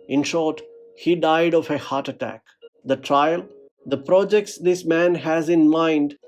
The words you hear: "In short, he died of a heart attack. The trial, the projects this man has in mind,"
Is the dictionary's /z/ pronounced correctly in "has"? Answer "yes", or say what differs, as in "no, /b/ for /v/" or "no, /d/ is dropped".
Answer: yes